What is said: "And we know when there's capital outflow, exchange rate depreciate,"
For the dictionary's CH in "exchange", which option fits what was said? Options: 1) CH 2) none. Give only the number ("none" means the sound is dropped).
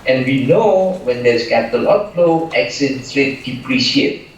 2